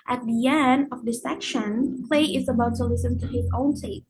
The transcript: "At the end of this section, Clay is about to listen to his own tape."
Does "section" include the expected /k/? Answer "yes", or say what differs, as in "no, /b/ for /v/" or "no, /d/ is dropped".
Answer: yes